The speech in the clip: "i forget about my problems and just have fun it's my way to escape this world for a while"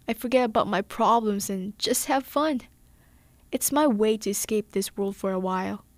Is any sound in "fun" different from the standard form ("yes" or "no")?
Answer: no